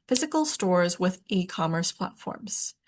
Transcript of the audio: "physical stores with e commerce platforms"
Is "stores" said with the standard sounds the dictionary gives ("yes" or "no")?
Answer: yes